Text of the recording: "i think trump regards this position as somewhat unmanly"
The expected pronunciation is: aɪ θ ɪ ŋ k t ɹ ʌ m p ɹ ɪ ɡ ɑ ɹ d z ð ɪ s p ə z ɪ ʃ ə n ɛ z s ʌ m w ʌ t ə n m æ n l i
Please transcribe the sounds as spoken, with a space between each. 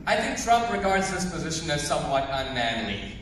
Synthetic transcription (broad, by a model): aɪ θ ɪ ŋ k t ɹ ʌ m p ɹ ɪ ɡ ɑ ɹ d z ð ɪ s p ə z ɪ ʃ ə n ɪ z s ʌ m w ʌ t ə n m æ n l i